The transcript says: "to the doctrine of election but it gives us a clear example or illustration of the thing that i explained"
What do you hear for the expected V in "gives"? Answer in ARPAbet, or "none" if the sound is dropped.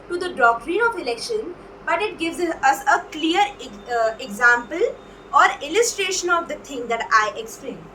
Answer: V